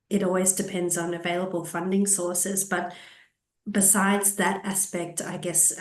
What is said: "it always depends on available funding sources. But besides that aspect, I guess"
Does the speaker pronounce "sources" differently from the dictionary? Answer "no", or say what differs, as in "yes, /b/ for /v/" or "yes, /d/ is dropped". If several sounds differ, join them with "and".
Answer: no